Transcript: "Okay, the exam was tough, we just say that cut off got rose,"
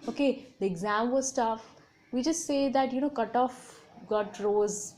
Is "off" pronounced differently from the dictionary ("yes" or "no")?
no